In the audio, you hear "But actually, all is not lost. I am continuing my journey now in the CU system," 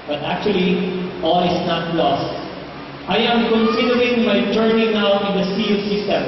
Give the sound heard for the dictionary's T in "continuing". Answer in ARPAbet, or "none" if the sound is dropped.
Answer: S